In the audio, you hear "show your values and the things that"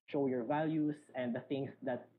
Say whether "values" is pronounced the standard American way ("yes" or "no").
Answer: no